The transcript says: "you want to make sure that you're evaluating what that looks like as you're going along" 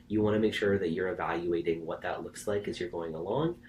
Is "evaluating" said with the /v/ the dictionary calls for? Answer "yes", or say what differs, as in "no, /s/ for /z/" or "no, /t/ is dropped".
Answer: yes